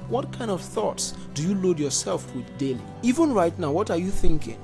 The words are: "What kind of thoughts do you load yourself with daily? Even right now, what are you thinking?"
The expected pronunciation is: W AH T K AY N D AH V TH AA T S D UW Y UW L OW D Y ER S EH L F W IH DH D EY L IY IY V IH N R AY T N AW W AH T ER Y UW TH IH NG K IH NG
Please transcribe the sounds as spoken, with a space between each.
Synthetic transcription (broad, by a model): W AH T K AY N D AH V TH AA T S D UW Y UW L OW D Y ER S EH L F W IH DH D EY L IY IY V IH N R AY T N AW W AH T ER Y UW TH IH NG K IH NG